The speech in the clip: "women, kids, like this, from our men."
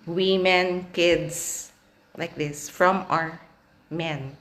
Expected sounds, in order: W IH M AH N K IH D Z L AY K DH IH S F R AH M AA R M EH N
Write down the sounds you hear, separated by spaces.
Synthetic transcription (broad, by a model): W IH M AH N K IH D S L AY K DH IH S F R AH M AA R M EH N